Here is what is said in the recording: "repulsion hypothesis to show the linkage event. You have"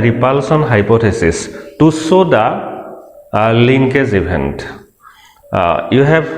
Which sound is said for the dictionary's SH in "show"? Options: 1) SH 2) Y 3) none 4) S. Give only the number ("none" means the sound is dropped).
4